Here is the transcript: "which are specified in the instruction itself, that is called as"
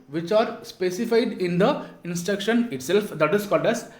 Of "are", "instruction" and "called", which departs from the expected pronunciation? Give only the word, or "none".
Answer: none